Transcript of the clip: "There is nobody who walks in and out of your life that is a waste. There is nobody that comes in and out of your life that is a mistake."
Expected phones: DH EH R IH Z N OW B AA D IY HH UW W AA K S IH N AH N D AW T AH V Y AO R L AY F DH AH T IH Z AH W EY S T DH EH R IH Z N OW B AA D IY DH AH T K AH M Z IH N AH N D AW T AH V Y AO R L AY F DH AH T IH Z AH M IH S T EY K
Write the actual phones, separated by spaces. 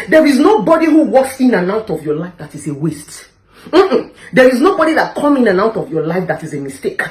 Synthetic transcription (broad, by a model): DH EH R IH Z N OW B AA D IY HH UW W AA K S IH N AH N AW T AH V Y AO L AY F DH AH T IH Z AH W EY S T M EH R IH Z N OW B AA D IY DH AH T K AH M IH N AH N AW T AH V Y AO L AY F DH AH T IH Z AH M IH S T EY K